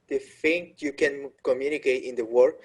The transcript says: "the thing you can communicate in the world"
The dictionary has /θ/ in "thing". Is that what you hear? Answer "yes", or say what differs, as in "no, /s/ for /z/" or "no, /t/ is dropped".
no, /f/ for /θ/